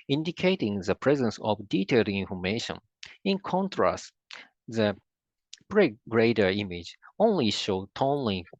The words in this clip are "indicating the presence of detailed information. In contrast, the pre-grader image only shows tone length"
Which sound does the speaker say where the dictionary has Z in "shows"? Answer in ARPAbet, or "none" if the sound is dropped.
none